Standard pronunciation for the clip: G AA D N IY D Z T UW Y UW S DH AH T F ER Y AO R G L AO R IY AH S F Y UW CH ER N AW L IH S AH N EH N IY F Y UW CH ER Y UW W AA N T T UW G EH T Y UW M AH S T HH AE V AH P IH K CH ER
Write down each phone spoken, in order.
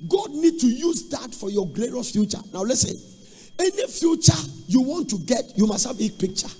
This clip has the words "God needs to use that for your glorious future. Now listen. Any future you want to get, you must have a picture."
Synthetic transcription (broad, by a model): G AA D N IY D T UW Y UW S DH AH T F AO Y AO G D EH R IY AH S F Y UW CH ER N AW L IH S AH N EH N IY F Y UW CH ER Y UW W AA N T T UW G EH T Y UW M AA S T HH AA B AH P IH K CH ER